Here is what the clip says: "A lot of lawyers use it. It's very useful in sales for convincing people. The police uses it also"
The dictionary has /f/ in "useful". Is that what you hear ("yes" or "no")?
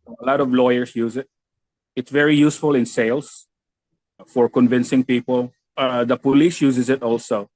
yes